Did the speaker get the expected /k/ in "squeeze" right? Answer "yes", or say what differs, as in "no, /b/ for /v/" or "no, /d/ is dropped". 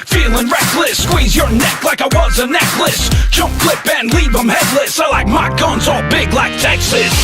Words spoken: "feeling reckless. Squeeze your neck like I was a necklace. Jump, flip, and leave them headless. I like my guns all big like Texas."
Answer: yes